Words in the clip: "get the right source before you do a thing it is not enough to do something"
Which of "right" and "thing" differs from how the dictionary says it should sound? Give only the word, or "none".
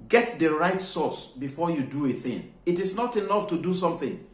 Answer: none